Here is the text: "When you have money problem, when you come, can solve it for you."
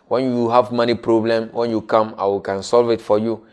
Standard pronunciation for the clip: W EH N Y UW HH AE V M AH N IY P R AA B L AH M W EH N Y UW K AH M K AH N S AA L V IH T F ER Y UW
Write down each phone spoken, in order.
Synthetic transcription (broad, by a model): W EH N Y UW HH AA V M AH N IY P R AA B L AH M W EH N Y UW K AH M K AH N S AA L V IH T F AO Y UW